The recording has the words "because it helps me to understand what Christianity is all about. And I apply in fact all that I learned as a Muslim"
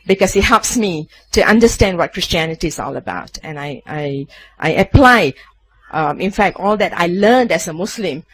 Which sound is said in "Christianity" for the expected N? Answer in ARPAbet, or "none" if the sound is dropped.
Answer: N